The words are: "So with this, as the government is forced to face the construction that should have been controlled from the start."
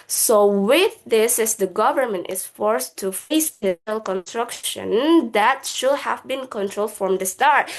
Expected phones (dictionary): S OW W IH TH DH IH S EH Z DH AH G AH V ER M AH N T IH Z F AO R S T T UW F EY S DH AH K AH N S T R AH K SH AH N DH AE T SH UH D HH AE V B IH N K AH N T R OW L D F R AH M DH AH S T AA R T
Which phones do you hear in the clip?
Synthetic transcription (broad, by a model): S OW W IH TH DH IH S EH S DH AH G AH V ER M AH N T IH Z F AO R S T T UW F EY S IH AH K AH N S T R AH K SH AH N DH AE T SH UH D HH AE V B IH N K AH N T R OW L D F R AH M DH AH S T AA R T